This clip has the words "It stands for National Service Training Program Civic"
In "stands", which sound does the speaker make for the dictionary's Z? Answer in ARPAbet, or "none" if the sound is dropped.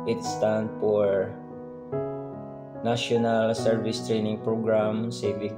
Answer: none